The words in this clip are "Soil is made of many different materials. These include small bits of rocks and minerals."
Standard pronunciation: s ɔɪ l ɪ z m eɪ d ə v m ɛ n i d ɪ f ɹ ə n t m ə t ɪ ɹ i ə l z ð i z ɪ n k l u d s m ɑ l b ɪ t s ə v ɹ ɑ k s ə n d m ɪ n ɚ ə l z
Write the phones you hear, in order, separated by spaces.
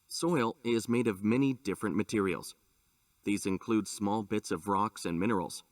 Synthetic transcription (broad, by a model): s ɔɪ l ɪ z m eɪ d ə v m ɛ n i d ɪ f ɹ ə n m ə t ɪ ɹ i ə l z ð i z ɪ n k l u d s m ɑ l b ɪ t s ə v ɹ ɑ k s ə n m ɪ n ɚ l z